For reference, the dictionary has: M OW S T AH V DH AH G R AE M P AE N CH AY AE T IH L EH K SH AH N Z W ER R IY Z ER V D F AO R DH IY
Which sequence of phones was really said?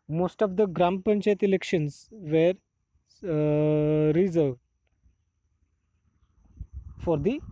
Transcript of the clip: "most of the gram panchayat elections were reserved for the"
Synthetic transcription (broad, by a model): M OW S T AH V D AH G R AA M P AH N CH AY T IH L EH K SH AH N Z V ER R IY Z ER V D F AO R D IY